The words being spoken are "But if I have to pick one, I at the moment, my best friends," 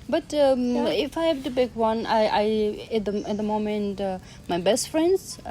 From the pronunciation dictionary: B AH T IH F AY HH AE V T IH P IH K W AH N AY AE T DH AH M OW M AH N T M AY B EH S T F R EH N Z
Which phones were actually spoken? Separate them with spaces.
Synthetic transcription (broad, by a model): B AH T IH F AY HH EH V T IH B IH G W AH N AY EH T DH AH M OW M AH N T M AY B EH S T F R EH N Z